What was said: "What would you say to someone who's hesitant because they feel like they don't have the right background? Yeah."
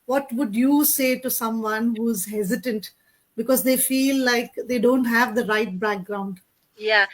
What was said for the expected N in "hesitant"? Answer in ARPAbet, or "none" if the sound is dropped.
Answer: N